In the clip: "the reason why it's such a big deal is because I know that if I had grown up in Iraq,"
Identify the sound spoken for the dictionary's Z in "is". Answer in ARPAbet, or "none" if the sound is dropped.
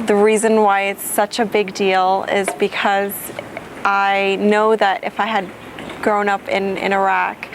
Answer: Z